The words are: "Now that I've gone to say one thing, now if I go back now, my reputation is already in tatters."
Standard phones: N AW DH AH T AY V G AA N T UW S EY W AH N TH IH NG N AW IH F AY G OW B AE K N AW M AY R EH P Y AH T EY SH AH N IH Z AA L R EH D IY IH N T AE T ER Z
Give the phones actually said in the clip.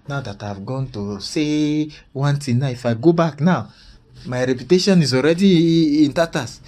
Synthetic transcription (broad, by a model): N AW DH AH T AY V G AA N T UW S EY W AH N T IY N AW IH F AY G OW B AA K N AW M AY R EH P Y AH T EY SH AH N IH Z AA L R EH D IY IH N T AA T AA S